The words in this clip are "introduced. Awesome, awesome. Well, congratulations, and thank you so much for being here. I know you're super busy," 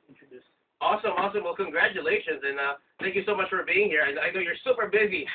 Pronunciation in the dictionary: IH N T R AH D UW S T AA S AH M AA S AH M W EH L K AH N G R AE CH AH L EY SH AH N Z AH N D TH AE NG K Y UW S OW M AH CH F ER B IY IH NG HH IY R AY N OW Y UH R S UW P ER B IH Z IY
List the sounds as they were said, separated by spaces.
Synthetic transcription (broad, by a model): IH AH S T AA S AH M AA S AH M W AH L K AH N G R AE CH AH L EY SH AH N Z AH N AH TH AE NG K Y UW S OW M AH CH F ER B IY IH NG HH IY R AY N OW Y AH R S UW P ER B IH Z IY